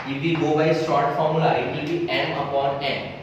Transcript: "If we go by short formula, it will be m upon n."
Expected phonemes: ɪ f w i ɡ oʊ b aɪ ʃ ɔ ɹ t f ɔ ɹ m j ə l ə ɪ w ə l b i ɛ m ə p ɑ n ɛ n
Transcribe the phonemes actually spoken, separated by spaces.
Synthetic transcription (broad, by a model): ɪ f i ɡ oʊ b aɪ s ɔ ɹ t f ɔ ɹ m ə l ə ɪ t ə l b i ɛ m ə p ɑ n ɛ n